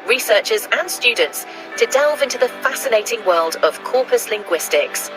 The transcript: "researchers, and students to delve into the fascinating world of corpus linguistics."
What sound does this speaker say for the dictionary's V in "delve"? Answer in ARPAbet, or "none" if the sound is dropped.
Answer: V